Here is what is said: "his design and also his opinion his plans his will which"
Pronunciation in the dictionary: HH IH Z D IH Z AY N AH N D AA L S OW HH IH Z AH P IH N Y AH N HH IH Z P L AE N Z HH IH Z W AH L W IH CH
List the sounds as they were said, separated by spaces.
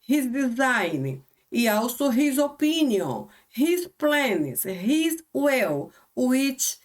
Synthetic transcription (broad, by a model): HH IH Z D IH Z AY N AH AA W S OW HH IH Z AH P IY N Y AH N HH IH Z P L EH N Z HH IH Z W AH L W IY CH